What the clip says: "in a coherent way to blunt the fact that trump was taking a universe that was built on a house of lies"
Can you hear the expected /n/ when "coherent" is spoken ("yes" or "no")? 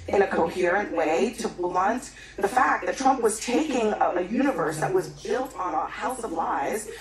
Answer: yes